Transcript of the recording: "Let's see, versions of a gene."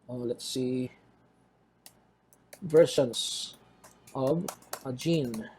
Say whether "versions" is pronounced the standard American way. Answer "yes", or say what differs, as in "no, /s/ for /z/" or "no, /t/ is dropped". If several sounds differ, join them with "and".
no, /ʃ/ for /ʒ/ and /s/ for /z/